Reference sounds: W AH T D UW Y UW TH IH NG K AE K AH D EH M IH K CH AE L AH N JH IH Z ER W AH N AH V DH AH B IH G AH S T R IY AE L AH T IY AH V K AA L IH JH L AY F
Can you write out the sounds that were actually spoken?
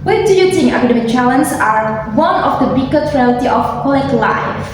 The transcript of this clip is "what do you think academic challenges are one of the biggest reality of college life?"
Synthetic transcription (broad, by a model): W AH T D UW Y UW T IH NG AE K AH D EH M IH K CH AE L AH N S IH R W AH N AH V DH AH B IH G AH T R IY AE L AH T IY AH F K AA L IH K L AY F